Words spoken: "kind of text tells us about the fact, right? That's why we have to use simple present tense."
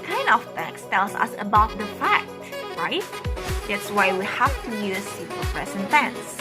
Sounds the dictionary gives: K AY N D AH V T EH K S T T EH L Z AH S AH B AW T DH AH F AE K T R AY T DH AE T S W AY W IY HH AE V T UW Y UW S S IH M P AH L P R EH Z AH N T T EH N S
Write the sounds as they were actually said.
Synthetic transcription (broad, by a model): K AY N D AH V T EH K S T T EH L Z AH S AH B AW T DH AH F AE K T R AY T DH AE T S W AY W IY HH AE F T UW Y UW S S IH P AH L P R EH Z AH N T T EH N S